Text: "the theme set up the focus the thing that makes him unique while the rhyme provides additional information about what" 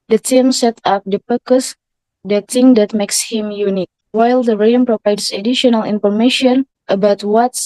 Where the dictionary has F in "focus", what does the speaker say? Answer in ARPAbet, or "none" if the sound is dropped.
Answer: P